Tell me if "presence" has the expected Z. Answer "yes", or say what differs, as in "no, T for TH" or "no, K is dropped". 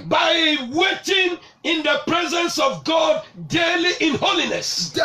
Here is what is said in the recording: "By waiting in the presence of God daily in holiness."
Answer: yes